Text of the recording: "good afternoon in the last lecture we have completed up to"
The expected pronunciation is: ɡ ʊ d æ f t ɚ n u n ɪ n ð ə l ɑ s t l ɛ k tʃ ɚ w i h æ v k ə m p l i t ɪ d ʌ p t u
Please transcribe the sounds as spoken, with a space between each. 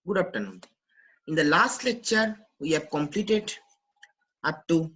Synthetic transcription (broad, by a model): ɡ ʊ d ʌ p t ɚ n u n ɪ n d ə l ɑ s t l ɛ k tʃ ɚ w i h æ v k ə m p l i t ɪ d ʌ p t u